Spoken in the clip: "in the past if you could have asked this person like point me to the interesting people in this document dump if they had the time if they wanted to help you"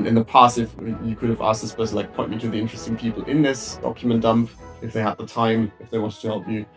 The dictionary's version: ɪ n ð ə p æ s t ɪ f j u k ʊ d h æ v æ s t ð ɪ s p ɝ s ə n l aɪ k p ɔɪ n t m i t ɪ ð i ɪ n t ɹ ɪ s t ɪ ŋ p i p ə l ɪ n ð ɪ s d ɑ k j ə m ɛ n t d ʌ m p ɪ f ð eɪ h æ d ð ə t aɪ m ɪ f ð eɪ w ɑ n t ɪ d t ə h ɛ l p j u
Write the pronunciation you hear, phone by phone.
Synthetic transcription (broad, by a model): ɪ n ð ə p æ s t ɪ f j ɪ k ʊ d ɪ v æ s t ð ɪ s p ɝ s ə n l aɪ k p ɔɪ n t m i t ɪ ð i ɪ n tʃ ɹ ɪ s t ɪ ŋ p i p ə l ɪ n ð ɪ s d ɑ k j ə m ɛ n d ʌ m p ɪ f ð eɪ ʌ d ð ə t aɪ m ɪ f ð eɪ w ɑ n t ɪ d t ə h ɛ l p j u